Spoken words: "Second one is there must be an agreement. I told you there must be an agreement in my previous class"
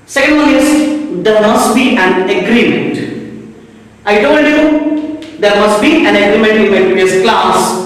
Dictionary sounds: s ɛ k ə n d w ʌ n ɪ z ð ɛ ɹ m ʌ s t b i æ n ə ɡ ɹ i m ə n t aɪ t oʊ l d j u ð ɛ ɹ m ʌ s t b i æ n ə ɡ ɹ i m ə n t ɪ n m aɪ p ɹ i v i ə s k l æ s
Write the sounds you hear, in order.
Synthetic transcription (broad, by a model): s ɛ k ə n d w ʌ l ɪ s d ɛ ɹ m ʌ s t b i æ n ə ɡ ɹ i m ə n t aɪ t oʊ l d j u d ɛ ɹ m ʌ s t b i æ n ə ɡ ɹ i m ə n t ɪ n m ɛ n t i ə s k l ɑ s